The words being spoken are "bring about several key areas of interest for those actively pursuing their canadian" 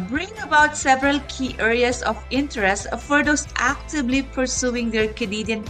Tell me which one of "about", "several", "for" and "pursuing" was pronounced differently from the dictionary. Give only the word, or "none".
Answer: none